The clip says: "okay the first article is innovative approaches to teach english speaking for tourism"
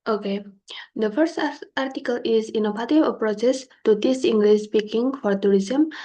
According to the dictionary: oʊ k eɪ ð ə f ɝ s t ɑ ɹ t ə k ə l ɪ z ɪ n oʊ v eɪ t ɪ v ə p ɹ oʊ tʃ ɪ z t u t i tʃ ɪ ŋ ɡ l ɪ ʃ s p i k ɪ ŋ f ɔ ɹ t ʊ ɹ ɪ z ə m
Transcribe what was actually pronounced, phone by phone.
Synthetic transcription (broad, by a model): oʊ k eɪ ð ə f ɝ s t ɑ ɹ t ə k ə l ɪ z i n oʊ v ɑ t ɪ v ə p ɹ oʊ s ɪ s t u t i s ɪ ŋ ɡ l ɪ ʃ s p i k ɪ ŋ f ɔ ɹ t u ɹ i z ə m